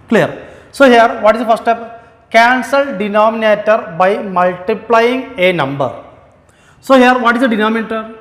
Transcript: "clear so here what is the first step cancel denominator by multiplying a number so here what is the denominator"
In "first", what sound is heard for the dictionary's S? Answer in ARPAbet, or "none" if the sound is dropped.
none